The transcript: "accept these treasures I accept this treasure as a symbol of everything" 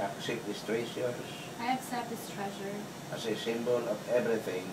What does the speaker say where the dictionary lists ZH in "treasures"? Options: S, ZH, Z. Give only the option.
S